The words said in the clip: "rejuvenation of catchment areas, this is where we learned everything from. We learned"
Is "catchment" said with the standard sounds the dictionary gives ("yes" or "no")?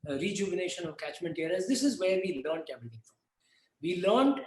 yes